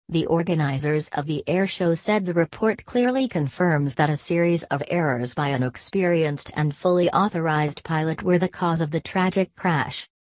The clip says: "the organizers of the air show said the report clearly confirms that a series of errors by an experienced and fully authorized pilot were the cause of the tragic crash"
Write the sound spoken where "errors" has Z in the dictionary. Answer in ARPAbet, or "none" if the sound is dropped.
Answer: Z